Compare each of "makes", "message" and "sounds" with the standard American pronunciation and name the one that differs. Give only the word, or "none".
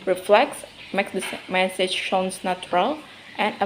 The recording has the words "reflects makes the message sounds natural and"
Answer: sounds